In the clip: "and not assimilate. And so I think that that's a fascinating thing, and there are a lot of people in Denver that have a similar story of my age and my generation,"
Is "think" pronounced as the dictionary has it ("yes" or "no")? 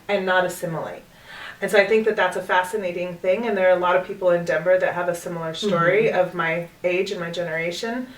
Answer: yes